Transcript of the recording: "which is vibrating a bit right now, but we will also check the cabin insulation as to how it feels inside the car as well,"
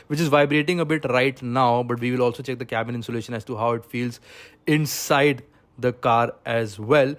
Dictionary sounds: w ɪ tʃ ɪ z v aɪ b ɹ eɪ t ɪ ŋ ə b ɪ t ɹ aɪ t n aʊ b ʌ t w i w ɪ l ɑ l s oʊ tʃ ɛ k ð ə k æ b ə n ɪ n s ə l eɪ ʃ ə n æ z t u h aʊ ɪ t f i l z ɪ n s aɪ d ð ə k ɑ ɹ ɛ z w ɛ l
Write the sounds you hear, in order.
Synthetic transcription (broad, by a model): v ɪ tʃ ɪ z v aɪ b ɹ eɪ t ɪ ŋ ə b ɪ t ɹ aɪ t n aʊ b ʌ t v i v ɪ l ɑ l s oʊ tʃ ɛ k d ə k æ b ə n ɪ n s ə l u ʃ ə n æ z t u h aʊ ɪ t f i l z ɪ n s aɪ d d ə k ɑ ɹ ɛ z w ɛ l